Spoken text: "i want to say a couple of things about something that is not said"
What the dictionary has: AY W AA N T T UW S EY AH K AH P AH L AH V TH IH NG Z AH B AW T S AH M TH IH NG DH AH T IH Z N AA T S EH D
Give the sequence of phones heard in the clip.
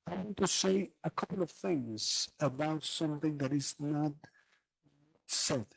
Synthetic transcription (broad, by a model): AY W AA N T T UW S EY AH K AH P L AH V TH IH NG Z AH B AW T S AH M TH IH NG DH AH T IH Z N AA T S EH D